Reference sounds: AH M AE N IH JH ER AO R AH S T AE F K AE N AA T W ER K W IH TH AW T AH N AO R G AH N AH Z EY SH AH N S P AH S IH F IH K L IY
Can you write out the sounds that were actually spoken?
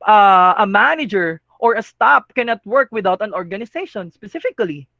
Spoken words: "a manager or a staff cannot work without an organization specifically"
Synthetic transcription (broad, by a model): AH M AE N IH JH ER AO R AH S T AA P K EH N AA T W ER K W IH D AW T AH N AO R G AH N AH S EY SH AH N S P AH S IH F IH K L IY